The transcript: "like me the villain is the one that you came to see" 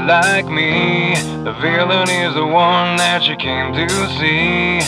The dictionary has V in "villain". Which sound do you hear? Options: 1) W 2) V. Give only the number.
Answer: 2